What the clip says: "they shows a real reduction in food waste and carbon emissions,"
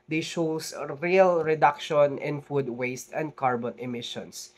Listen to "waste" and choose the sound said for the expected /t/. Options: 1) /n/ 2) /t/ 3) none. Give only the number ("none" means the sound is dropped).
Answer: 2